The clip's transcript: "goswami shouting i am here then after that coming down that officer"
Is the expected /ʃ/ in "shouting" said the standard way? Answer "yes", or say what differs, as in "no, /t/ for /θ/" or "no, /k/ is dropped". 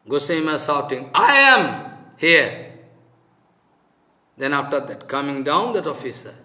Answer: no, /s/ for /ʃ/